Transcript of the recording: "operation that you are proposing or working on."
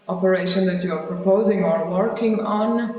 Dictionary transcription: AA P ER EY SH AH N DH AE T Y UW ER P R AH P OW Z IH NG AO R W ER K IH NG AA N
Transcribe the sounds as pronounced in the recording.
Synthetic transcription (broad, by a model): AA P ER EY SH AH N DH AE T Y UW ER P R AH P OW Z IH NG AO R W ER K IH NG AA N